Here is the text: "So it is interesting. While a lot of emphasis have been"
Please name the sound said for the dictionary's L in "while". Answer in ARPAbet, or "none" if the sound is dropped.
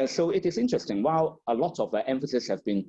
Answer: L